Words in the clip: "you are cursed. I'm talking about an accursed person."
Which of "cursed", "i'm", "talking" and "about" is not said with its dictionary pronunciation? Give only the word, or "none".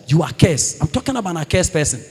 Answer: cursed